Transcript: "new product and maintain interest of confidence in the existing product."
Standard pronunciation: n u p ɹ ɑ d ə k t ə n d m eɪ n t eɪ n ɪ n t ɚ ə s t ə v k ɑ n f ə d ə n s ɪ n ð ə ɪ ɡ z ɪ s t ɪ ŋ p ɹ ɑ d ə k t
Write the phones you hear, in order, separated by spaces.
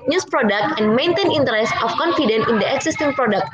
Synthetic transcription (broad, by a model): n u p ɹ ɑ d ə k t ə n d m eɪ n t eɪ n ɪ n t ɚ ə s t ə f k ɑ n f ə d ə n ɪ n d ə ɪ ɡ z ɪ s t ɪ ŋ p ɹ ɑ d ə k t